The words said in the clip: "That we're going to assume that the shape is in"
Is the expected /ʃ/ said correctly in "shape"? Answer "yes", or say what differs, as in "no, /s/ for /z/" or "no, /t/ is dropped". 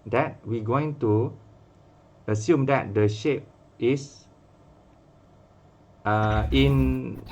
yes